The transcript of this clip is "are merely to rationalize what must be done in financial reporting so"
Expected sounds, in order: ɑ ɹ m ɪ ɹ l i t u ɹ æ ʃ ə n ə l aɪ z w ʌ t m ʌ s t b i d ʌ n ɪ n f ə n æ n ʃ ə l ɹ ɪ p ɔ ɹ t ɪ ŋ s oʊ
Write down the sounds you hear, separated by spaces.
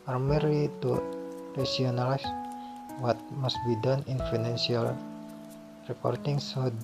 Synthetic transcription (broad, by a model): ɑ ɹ m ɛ ɹ i t u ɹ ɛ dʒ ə n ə l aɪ s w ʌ t m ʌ s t b i d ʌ n ɪ n f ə n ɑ n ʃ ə l ɹ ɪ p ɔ ɹ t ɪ ŋ s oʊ